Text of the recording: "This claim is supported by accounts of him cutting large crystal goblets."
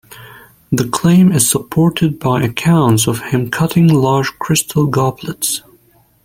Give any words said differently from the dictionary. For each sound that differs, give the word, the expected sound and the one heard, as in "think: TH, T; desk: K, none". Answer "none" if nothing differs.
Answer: this: S, none